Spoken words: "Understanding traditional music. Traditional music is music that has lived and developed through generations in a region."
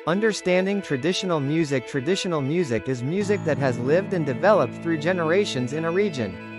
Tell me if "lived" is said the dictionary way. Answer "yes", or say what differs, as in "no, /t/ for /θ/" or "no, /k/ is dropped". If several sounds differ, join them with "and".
yes